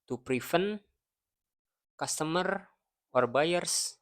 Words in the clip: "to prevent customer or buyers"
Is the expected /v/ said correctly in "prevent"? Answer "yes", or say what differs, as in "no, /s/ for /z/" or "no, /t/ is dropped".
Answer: no, /f/ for /v/